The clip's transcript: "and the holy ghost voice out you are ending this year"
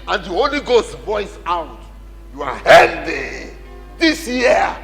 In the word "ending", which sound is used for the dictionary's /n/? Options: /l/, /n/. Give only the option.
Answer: /l/